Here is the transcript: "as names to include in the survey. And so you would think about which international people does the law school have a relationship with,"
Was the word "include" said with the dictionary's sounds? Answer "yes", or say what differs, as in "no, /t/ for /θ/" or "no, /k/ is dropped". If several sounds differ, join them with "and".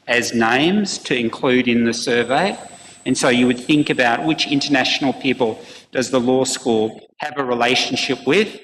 yes